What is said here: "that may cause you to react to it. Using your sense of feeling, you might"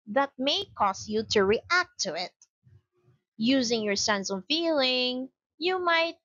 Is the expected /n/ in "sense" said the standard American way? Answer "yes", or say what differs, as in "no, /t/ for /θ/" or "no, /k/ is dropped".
yes